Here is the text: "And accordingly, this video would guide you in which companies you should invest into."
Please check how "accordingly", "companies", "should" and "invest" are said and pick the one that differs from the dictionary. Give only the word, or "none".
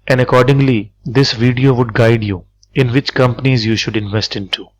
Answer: none